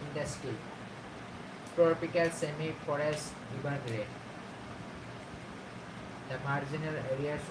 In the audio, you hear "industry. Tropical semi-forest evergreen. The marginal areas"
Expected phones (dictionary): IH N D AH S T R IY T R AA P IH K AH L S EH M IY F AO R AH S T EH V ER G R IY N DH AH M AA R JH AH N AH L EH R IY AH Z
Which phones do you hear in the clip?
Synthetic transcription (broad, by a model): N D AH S T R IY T R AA P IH K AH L S EH M IY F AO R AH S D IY B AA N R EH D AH M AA R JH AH N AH L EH R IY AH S